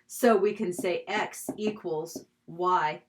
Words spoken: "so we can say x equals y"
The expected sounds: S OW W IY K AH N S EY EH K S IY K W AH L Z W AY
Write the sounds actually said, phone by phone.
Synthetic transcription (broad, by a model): S OW W IY K AH N S EY EH K S IY K W AH L Z W AY